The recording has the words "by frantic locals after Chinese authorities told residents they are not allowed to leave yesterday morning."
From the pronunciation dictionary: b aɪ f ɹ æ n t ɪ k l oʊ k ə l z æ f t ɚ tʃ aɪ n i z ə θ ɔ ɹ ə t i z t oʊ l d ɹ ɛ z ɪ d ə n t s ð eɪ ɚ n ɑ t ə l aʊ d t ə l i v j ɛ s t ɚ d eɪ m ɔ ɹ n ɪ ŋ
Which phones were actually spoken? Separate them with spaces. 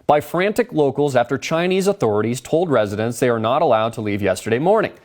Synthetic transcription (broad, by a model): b aɪ f ɹ æ n t ɪ k l oʊ k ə l z æ f t ɚ tʃ aɪ n i z ə θ ɔ ɹ ə t i z t oʊ l d ɹ ɛ z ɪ d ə n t s ð eɪ ɚ n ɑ t ə l aʊ d t ə l i v j ɛ s t ɚ d eɪ m ɔ ɹ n ɪ ŋ